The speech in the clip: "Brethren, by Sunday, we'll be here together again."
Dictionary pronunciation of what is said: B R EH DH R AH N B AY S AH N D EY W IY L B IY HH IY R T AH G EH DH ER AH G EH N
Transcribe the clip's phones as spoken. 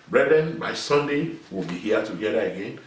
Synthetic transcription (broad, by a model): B R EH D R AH N B AY S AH N D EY W IY L B IY HH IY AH T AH G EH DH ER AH G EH N